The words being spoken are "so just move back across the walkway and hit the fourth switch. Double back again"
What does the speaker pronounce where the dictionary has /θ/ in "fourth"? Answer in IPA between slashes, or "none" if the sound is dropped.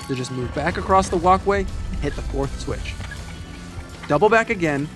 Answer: /θ/